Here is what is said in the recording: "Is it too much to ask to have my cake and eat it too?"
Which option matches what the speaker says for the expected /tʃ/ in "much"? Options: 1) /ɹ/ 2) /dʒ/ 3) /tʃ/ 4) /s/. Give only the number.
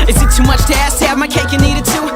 3